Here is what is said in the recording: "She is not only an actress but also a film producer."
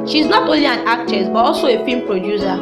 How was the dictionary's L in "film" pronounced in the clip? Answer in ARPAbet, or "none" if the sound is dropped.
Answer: none